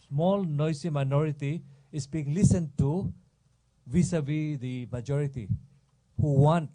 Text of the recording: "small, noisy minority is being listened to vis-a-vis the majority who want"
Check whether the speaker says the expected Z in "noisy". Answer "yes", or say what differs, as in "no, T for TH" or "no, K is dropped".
no, S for Z